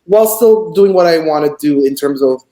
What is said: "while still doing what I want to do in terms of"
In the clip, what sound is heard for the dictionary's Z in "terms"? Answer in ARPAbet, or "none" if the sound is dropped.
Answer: Z